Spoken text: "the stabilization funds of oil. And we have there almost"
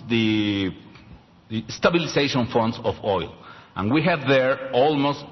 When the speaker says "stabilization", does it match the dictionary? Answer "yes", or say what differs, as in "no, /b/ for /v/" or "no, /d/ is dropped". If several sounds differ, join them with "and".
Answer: no, /s/ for /z/